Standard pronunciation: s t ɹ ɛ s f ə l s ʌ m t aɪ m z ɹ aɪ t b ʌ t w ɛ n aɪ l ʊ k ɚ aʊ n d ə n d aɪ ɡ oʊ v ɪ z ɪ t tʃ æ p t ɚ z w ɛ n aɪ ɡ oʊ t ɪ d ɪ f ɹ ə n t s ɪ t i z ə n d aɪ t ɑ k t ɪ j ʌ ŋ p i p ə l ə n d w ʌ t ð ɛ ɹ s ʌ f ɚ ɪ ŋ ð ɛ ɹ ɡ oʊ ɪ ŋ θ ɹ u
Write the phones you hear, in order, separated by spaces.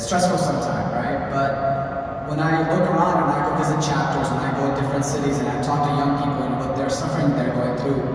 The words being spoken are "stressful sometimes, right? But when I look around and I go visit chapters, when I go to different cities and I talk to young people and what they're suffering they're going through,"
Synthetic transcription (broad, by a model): s t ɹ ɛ s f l s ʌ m t aɪ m ɹ aɪ t b ʌ t w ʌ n aɪ l ʊ k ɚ aʊ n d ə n aɪ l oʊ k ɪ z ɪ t tʃ æ p t ɚ z w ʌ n aɪ ɡ oʊ t ɪ d ɪ f ɹ ə n t s ɪ t i z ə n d aɪ t ɑ k t ɪ j ʌ ŋ p i p l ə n w ʌ t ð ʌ ɹ s ʌ f ɚ ɪ ŋ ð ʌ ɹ ɡ oʊ ɪ ŋ θ ɹ u